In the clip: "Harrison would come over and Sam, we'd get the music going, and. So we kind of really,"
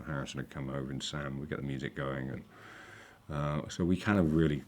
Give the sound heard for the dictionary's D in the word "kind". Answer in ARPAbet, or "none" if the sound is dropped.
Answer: none